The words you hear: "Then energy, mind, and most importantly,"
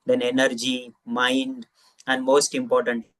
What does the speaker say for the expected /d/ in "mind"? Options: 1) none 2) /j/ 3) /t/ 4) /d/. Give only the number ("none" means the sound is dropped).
4